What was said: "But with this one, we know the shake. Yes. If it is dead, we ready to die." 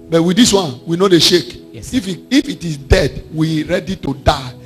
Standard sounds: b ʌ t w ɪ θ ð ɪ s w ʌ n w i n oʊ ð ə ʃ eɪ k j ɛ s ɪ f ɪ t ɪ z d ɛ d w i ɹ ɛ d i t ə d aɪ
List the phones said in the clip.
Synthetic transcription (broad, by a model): b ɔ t w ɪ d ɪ s w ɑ n w i n oʊ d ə ʃ eɪ k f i ɪ f ɪ t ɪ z d ɛ d w i ɹ ɛ d i t ə d aɪ